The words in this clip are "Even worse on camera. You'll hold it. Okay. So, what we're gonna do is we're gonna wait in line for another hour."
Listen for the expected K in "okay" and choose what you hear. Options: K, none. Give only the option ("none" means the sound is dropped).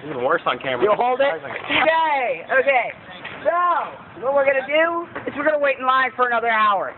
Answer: K